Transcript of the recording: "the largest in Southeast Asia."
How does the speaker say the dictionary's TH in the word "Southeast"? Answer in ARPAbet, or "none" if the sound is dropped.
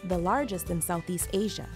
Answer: TH